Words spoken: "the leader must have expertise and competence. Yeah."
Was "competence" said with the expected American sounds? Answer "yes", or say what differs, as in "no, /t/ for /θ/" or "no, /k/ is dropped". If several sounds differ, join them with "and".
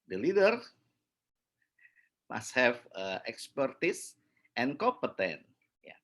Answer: no, /s/ is dropped